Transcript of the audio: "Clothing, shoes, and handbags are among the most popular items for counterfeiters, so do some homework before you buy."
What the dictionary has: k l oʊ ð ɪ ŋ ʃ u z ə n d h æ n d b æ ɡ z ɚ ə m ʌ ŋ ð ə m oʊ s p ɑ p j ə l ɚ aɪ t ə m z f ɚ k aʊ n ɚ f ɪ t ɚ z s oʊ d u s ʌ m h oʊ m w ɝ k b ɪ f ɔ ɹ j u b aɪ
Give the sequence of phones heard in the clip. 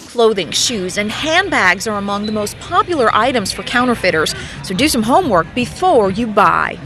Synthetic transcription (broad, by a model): k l oʊ ð ɪ ŋ ʃ u z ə n h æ n b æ ɡ z ɚ ə m ʌ ŋ ð ə m oʊ s p ɑ p j l ɚ aɪ t ə m z f ɚ k aʊ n ɚ f ɪ t ɚ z s oʊ d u s ʌ m h oʊ m w ɝ k b ɪ f ɔ ɹ j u b aɪ